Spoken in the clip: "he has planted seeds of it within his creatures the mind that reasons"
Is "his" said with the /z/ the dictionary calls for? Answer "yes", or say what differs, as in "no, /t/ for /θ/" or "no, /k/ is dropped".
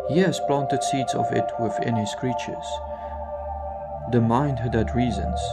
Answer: no, /s/ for /z/